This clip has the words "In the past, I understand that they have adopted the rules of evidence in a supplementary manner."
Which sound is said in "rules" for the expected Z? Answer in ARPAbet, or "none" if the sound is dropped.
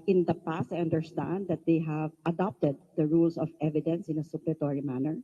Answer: S